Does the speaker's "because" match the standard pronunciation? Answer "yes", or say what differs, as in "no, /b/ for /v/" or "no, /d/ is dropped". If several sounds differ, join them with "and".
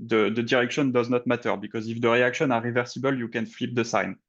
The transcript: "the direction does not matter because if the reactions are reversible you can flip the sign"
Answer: yes